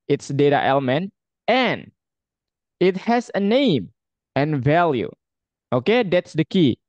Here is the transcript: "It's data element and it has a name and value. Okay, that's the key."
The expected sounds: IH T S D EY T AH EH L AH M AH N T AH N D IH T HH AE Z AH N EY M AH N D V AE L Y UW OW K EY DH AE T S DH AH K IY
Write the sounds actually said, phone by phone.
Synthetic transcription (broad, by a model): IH T S D EY T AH EH L AH M AH N T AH N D IH T HH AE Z AH N EY M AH N V AE L Y UW OW K EY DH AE T S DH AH K IY